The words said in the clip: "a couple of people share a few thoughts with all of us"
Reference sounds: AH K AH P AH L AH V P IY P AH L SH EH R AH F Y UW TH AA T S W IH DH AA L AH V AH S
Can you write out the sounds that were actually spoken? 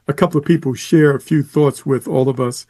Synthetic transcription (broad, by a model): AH K AH P L AH V P IY P L SH EH R AH F Y UW TH AA T S W IH DH AA L AH V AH S